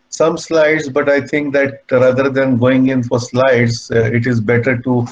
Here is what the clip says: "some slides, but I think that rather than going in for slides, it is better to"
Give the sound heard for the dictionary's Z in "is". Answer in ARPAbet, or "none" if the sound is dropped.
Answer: Z